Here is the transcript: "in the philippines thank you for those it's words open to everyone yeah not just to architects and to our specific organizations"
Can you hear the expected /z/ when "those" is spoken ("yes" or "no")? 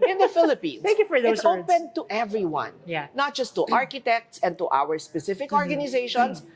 no